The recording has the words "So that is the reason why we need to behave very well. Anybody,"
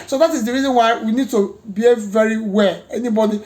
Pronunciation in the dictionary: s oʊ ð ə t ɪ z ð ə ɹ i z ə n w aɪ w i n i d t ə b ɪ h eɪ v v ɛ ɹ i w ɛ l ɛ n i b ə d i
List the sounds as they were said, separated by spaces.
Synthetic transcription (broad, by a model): s oʊ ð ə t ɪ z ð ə ɹ i z ə n w aɪ w i n i d t ə b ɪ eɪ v v ɛ ɹ i w ɛ l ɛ n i b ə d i